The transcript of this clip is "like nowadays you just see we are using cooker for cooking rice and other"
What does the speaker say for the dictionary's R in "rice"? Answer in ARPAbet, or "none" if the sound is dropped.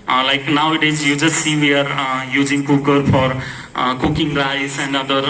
L